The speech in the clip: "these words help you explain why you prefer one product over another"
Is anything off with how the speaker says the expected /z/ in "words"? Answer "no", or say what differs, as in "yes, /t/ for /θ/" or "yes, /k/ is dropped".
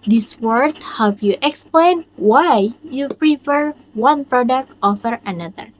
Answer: yes, /z/ is dropped